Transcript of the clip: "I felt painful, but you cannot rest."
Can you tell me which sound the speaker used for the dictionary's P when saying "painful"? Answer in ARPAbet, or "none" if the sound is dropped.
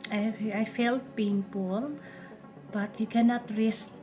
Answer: B